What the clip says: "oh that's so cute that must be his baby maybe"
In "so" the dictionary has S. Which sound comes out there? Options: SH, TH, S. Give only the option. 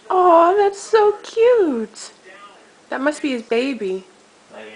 S